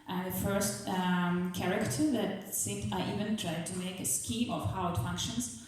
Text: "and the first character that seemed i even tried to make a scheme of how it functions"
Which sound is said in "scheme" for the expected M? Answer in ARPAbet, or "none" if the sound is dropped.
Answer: none